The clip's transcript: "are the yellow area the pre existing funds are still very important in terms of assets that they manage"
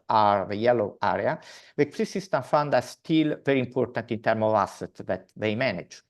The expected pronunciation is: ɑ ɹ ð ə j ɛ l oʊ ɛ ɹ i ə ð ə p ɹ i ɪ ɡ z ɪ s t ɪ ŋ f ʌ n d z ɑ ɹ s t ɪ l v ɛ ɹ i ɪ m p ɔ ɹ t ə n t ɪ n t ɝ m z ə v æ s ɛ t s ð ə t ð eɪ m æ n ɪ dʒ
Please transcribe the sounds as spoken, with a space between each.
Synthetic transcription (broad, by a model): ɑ ɹ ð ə j ɛ l oʊ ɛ ɹ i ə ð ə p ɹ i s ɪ s t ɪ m f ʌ n d ɑ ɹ s t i l v ɛ ɹ i m p ɔ ɹ t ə n t ɪ n t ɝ m ə v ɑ s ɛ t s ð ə t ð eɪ m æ n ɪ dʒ